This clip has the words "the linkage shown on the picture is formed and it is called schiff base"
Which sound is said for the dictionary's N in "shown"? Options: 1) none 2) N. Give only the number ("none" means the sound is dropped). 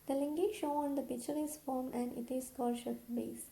1